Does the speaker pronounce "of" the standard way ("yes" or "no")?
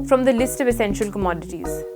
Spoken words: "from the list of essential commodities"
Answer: yes